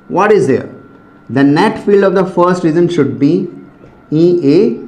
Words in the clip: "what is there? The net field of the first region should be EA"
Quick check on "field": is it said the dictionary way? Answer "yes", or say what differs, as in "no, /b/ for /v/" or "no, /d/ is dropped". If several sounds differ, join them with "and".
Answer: yes